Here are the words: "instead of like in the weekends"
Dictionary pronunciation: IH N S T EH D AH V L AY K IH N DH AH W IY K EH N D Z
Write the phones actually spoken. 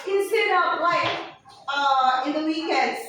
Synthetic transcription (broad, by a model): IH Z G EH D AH P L AY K IH N DH AH W IY K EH N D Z